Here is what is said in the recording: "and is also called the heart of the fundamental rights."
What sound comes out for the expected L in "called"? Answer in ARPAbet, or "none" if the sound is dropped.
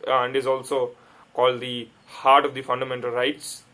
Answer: L